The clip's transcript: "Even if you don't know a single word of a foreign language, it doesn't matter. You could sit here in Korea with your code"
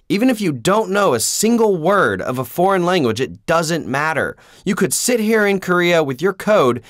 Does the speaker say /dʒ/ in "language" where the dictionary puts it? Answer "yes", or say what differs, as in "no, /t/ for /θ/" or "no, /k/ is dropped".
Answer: yes